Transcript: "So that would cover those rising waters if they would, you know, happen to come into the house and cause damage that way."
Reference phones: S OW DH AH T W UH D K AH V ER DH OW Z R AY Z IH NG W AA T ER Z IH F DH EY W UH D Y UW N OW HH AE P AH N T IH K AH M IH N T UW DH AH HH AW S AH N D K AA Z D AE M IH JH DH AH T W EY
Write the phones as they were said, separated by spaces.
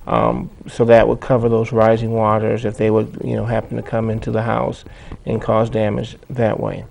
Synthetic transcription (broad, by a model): S OW DH AH T W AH D K AH V ER DH OW Z R AY Z IH NG W AA T ER Z IH F DH EY W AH D Y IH N OW HH AE P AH N T IH K AH M IH N T UW DH AH HH AW S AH N K AA Z D AE M IH JH DH AH T W EY